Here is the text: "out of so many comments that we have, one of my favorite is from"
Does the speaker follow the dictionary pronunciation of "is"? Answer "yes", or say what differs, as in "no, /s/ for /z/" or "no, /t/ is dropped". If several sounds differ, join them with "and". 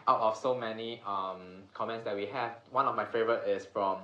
no, /s/ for /z/